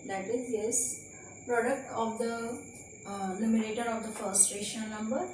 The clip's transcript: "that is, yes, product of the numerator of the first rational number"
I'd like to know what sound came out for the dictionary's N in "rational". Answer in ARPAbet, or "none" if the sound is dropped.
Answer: none